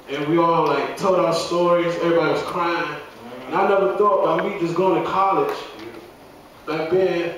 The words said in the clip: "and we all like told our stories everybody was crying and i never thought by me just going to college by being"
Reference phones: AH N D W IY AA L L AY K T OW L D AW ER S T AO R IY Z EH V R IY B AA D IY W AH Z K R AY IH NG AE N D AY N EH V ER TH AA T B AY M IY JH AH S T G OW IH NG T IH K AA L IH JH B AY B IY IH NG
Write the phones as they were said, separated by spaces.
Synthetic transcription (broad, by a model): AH N W IY AA L L AY K T OW L D AW ER S T AO R IY Z EH V R IY B AA D IY W AH Z K R AY IH NG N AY N EH V ER TH AA T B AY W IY JH AH S G OW IH NG T IH K AA L IH JH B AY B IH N